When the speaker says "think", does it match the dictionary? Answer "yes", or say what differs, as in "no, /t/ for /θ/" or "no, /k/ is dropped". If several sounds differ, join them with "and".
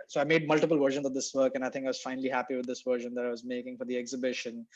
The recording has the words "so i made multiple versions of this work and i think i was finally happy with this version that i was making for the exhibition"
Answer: no, /t/ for /θ/